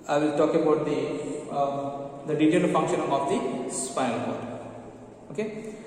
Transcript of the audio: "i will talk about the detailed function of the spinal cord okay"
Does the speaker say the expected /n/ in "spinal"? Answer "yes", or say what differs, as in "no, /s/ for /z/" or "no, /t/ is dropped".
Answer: no, /n/ is dropped